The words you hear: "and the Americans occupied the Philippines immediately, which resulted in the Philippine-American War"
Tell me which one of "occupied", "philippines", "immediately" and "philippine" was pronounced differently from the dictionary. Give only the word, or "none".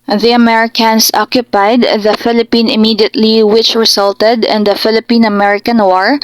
philippines